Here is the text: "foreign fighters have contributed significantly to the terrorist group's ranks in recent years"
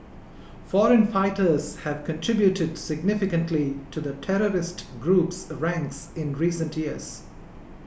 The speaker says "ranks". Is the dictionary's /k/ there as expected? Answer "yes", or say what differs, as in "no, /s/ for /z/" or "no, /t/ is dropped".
yes